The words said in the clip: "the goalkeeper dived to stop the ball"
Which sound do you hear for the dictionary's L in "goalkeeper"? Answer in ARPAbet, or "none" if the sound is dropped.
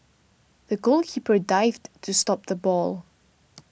L